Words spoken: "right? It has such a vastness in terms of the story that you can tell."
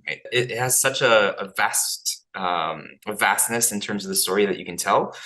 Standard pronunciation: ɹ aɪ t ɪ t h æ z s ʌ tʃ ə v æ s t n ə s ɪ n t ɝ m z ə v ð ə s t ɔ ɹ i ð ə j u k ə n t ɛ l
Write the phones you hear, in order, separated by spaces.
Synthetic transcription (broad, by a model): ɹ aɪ t ɪ t h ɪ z s ʌ tʃ ə v æ s t n ə s ɪ n t ɝ m z ə v ð ə s t ɔ ɹ i ð ə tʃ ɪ k ə n t ɛ l